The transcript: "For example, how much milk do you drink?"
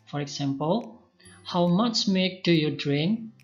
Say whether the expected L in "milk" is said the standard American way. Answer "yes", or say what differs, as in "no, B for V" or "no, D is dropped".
no, L is dropped